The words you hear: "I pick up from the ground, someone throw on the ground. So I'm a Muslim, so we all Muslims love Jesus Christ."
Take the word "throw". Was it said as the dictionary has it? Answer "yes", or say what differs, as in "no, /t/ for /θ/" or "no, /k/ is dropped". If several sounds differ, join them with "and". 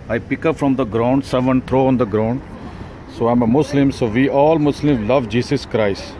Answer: no, /t/ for /θ/